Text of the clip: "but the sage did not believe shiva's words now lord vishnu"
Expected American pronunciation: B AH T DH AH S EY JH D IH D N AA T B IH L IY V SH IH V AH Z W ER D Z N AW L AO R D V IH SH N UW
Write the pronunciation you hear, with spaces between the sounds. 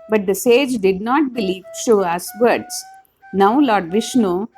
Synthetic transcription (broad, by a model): B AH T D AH S EY JH D IH D N AA T B IH L IY V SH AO AH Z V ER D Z N AW L AO R D V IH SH N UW